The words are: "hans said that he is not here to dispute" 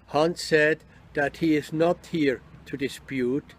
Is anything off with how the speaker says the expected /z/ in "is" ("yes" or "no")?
no